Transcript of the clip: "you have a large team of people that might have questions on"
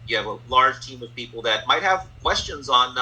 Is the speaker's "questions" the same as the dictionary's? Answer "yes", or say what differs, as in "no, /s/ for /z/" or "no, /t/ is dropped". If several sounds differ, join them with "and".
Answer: yes